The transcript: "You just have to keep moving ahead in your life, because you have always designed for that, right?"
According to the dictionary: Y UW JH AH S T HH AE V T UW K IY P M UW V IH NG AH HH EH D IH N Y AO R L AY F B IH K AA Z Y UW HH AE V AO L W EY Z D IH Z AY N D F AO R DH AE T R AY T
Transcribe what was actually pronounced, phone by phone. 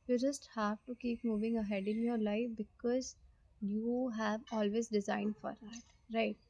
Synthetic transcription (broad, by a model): Y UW JH AH S T HH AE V T UW K IY P M UW V IH NG AH HH EH D IH N Y AO R L AY F B IH K AA Z Y UW HH AE V AO L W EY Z D IH Z AY N D F AO R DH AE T R AY T